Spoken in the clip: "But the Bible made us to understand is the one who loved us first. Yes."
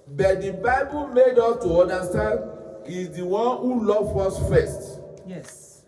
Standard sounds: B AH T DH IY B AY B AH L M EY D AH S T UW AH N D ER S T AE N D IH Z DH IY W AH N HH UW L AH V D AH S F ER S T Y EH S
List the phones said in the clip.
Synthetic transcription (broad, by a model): B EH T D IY B AY B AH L M EY D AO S T UW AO N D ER S T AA N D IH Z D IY W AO N HH UW L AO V AO S F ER S T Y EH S